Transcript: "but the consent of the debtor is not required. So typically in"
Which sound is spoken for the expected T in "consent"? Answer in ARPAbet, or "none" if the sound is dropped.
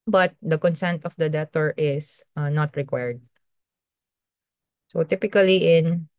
T